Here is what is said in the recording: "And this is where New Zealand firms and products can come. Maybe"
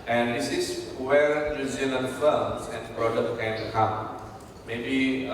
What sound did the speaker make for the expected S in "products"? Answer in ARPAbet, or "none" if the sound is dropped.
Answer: none